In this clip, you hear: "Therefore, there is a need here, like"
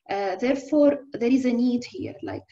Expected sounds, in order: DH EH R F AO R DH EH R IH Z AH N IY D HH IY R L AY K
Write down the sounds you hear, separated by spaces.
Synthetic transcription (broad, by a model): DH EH R F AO R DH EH R IH Z AH N IY D HH IY R L AY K